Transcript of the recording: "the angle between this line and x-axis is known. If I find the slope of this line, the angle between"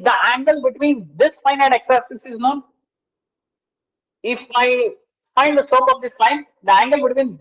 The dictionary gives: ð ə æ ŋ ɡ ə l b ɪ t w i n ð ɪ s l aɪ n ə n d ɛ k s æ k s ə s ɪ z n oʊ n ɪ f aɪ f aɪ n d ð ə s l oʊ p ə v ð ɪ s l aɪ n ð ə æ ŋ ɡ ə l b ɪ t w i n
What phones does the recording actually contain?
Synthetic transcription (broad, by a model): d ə æ ŋ ɡ ə l b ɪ t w i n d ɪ s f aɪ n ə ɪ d ɛ k s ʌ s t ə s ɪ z n oʊ n ɪ f aɪ f aɪ n d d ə s oʊ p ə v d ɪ s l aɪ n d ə æ ŋ ɡ ə l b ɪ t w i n